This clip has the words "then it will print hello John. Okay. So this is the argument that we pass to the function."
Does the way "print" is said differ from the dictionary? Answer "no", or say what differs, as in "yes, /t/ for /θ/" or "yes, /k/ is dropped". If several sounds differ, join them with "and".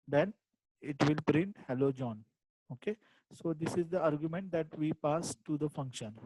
no